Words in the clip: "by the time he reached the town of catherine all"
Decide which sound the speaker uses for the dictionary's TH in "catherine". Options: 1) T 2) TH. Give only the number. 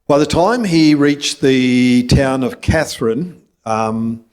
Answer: 2